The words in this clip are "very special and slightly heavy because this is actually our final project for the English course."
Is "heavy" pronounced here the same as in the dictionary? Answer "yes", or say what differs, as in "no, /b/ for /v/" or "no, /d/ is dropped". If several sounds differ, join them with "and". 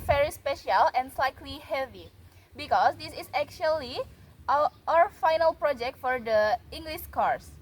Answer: yes